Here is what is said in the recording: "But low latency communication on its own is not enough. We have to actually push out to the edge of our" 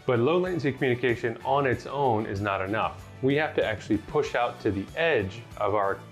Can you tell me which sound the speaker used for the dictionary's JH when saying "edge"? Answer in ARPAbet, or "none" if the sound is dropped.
JH